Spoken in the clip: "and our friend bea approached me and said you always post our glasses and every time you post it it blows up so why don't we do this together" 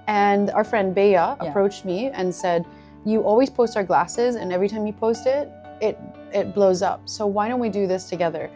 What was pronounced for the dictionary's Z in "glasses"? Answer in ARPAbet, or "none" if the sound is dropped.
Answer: Z